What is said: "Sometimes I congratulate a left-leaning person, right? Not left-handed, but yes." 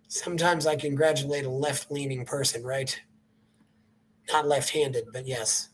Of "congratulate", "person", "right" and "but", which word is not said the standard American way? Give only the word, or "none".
none